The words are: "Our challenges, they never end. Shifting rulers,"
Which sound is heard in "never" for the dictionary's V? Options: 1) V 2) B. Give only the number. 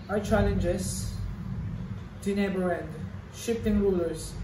2